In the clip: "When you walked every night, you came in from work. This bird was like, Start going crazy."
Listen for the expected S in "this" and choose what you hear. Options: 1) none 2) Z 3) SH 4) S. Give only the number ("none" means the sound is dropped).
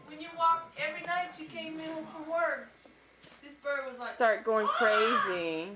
4